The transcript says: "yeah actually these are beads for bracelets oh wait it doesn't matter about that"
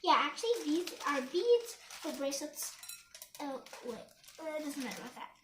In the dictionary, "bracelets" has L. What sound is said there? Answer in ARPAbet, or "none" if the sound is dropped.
none